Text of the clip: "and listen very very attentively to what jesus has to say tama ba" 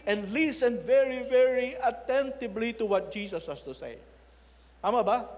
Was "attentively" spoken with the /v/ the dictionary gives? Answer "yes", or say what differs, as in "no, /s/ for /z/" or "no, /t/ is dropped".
no, /b/ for /v/